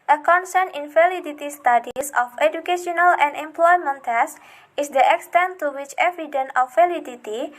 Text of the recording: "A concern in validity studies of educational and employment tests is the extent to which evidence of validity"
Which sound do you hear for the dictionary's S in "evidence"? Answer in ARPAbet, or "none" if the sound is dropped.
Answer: none